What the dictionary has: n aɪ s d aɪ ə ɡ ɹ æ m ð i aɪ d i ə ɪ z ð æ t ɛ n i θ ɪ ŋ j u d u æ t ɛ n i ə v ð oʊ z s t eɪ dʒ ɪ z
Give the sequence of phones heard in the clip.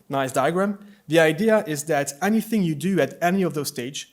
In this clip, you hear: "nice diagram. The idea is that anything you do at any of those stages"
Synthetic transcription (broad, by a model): n aɪ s d aɪ ə ɡ ɹ æ m ð i aɪ d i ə ɪ z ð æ t ɛ n i θ ɪ ŋ j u d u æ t ɛ n i ə v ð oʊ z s t eɪ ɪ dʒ